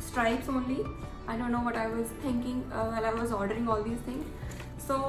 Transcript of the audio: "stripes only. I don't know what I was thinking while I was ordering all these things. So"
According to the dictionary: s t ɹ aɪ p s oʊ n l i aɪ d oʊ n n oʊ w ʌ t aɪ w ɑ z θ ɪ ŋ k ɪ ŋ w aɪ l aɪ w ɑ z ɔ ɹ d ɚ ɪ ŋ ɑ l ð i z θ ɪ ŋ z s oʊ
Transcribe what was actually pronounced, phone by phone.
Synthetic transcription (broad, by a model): s t ɹ aɪ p s oʊ n l i aɪ d oʊ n n oʊ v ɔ t aɪ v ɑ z t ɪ ŋ k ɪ ŋ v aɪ l aɪ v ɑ z ɔ ɹ d ɚ ɪ ŋ ɑ l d i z t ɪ ŋ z s oʊ